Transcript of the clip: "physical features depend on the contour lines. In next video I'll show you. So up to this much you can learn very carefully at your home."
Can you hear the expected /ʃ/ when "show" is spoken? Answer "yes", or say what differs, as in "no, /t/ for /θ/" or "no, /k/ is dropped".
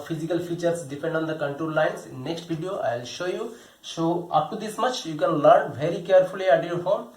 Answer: yes